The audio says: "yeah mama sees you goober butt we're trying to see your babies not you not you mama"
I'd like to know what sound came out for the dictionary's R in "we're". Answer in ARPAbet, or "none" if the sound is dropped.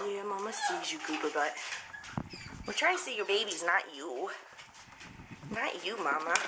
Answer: L